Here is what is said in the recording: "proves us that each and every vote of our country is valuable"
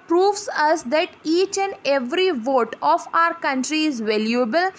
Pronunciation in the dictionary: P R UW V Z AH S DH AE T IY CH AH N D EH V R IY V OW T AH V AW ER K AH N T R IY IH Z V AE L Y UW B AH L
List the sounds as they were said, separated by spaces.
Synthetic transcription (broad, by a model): P R UW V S AH S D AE T IY CH AH N D EH V R IY V OW T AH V AW ER K AH N T R IY IH Z V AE L Y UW B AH L